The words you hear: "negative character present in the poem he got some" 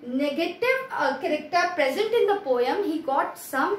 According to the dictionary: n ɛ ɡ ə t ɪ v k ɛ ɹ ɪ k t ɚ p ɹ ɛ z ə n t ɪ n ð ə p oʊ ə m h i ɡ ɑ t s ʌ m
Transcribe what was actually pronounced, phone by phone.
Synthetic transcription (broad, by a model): n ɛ ɡ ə t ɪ v k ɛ ɹ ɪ k t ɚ p ɹ ɛ z ə n t ɪ n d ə p oʊ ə m h i ɡ ɑ t s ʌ m